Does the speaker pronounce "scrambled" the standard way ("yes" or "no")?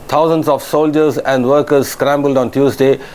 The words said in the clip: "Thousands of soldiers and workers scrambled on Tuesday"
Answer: yes